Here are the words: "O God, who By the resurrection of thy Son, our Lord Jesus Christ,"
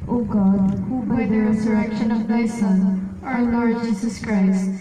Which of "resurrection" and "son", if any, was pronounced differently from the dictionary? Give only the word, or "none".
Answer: none